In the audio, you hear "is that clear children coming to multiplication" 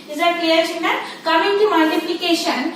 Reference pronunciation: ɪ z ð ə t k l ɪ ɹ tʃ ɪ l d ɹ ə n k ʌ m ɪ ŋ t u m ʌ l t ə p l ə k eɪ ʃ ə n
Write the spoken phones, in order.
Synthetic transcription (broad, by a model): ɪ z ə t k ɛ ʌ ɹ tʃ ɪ n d ə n k ʌ m ɪ ŋ t u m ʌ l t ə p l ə k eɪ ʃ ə n